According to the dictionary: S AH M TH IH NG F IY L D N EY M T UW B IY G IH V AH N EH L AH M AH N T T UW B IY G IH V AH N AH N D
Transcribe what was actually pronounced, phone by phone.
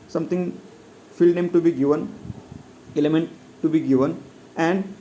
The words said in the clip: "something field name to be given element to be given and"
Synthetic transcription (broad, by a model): S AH M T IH NG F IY L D N EY M T UW B IY G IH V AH N EH L AH M AH N T T UW B IY G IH V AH N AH N D